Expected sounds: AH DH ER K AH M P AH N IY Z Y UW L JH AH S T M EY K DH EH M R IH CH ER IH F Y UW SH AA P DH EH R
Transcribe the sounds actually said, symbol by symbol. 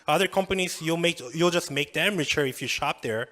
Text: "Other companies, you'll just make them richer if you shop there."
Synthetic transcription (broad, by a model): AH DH ER K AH M P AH N IY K Y UW L JH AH S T M EY K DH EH M R IH CH ER IH F Y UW SH AA P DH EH R